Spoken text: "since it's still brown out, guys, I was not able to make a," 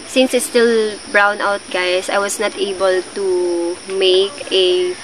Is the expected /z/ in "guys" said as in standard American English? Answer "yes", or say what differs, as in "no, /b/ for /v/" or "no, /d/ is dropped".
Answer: no, /s/ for /z/